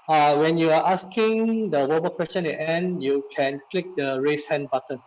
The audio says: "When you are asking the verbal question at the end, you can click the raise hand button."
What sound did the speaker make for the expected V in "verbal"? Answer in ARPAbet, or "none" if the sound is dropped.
W